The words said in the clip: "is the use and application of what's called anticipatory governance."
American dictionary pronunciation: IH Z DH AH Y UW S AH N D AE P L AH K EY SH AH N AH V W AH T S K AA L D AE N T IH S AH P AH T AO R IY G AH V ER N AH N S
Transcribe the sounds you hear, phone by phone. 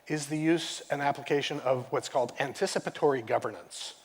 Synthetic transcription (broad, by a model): IH Z DH AH Y UW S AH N AE P L AH K EY SH AH N AH V W AH T S K AA L D AE N T IH S AH P AH T AO R IY G AH V ER N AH N S